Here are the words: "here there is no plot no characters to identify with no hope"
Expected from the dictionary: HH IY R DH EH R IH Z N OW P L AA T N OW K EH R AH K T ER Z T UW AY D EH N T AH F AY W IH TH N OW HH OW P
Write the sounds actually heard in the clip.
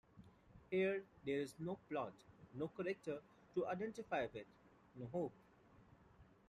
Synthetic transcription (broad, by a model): HH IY R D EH R IH Z N OW P L AA T N OW K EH R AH K T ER T UW AY D EH N T AH F AY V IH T N OW HH OW P